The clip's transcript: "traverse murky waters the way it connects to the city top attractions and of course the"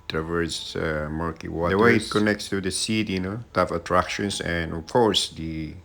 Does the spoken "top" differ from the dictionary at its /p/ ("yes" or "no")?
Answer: yes